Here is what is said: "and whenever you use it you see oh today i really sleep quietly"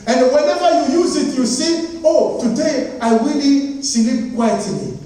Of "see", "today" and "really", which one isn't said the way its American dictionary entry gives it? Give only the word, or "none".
really